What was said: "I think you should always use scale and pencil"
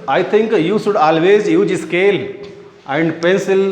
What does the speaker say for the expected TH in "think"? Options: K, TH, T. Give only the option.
T